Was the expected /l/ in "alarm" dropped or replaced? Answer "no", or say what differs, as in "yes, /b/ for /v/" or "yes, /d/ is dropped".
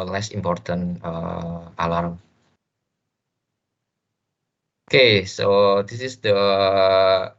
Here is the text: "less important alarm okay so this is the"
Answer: no